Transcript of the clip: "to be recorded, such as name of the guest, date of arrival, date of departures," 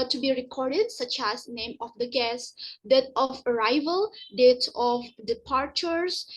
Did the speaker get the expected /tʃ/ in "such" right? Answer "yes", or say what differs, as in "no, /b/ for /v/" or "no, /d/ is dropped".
yes